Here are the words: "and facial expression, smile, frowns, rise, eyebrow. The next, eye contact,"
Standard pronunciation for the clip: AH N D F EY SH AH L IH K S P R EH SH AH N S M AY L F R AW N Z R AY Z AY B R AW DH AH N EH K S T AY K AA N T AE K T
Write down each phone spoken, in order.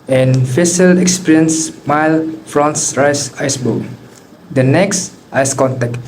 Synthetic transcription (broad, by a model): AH N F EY S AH L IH K S P R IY AH N S M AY L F R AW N S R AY S AY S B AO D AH N EH K S T AY K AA N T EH K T